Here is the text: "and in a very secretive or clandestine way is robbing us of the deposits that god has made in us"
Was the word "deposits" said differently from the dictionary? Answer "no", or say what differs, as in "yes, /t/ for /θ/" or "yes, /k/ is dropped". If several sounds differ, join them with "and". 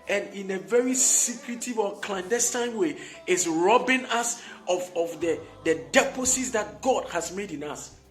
yes, /s/ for /t/